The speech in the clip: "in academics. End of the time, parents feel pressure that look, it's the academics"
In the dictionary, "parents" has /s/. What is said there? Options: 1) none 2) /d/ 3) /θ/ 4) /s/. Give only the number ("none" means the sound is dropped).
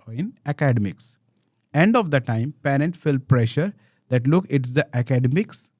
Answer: 1